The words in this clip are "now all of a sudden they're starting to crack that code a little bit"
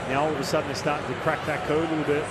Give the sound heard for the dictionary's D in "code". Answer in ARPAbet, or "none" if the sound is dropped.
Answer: none